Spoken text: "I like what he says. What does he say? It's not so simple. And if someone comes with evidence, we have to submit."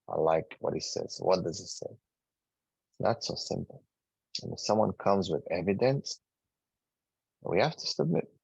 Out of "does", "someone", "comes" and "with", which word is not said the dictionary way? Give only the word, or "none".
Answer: none